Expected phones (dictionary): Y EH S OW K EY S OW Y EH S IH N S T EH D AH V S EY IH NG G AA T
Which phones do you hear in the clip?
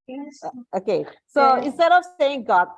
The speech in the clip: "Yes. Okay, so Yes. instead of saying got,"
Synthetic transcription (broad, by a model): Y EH OW K EY S OW IH N S T EH D AH V S EY IH NG G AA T